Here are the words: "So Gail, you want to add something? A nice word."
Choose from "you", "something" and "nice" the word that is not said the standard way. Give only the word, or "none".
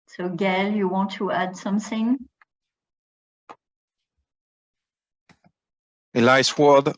nice